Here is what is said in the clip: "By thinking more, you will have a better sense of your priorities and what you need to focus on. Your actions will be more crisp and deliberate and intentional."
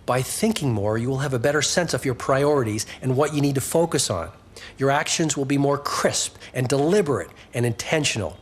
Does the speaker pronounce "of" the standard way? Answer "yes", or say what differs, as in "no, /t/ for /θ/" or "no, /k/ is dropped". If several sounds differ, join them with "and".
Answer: yes